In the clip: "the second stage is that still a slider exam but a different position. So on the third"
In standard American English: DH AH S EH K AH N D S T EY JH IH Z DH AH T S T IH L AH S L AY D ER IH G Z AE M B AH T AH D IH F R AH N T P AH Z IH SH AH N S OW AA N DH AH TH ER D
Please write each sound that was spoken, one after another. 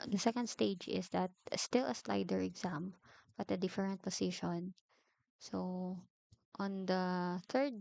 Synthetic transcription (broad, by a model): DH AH S EH K AH N D S T EY JH IH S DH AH T S T IH L AH S L AY D ER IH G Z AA M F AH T AH D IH F R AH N T P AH S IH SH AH N S OW AA N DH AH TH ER D